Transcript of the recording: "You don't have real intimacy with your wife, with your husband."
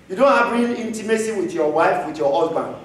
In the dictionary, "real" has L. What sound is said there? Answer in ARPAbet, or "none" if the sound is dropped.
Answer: N